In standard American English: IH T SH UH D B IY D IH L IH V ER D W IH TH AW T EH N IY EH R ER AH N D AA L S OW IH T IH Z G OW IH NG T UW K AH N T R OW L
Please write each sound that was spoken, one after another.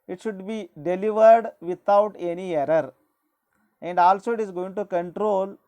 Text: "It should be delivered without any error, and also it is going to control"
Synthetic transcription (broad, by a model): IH T SH UH D B IY D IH L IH V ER D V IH T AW T EH N IY EH R ER AH N D AA L S OW IH T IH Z G OW IH NG T UW K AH N T R OW L